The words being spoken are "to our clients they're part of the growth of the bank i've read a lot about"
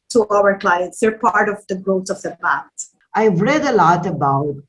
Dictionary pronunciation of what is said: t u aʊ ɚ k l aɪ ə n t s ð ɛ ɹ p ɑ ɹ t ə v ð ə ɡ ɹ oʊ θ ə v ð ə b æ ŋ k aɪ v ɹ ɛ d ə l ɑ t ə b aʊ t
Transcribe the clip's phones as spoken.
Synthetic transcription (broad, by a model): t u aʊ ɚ k l aɪ ə n t s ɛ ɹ p ɑ ɹ t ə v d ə ɡ ɹ oʊ t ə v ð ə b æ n aɪ v ɹ ɛ d ə l ɑ t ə b aʊ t